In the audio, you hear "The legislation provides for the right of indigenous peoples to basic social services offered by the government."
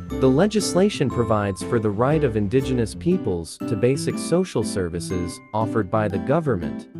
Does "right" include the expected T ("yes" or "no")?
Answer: yes